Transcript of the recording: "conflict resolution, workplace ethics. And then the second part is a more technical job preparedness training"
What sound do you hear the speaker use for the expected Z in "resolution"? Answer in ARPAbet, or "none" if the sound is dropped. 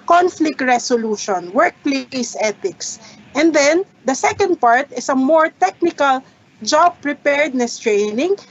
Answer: S